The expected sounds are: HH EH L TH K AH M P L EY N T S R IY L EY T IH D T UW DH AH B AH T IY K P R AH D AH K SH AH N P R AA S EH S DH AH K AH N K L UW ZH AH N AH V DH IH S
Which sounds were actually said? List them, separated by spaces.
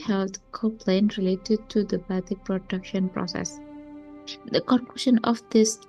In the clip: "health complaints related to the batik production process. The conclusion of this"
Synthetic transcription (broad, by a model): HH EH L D K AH P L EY N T R IY L EY T IH D T UW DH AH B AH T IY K P R AH D AH K SH AH N P R AA S EH S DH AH K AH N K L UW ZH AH N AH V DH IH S